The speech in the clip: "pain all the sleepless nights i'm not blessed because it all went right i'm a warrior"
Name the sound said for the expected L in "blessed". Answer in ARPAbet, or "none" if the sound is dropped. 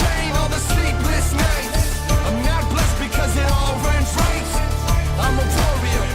L